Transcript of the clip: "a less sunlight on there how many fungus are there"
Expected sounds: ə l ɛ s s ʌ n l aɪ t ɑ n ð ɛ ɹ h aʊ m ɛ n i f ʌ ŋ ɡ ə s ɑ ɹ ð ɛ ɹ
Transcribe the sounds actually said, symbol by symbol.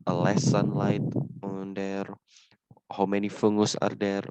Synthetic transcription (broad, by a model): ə l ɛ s s ʌ n l aɪ t ɑ n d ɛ ɹ h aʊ m ɛ n i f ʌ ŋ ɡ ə s ɑ ɹ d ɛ ɹ